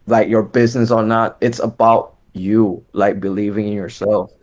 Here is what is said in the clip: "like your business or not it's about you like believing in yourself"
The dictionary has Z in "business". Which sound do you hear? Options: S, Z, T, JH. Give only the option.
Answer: Z